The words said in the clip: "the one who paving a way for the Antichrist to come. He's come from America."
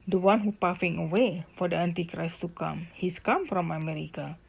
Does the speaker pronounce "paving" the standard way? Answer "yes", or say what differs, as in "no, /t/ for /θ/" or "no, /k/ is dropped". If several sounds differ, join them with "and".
no, /f/ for /v/